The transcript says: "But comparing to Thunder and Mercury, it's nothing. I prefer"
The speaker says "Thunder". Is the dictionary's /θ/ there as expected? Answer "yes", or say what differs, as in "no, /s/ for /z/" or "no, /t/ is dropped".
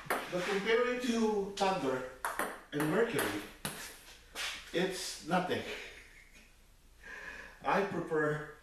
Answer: no, /t/ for /θ/